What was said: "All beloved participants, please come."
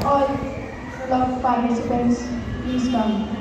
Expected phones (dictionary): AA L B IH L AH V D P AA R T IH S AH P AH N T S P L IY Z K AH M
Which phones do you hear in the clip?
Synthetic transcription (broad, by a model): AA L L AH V P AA R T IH S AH P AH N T S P IY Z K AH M